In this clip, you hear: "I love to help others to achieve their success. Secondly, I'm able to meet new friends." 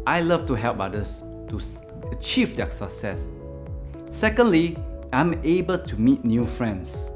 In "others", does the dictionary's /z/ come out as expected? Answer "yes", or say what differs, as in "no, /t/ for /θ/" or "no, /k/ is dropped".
no, /s/ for /z/